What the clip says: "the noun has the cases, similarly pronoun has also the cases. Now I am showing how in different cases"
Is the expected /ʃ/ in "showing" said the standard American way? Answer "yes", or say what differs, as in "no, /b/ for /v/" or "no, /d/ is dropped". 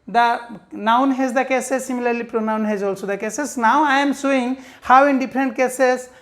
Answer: no, /s/ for /ʃ/